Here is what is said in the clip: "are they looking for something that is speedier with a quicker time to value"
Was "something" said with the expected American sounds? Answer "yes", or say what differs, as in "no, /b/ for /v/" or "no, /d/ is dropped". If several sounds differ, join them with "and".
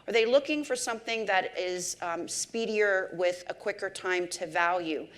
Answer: yes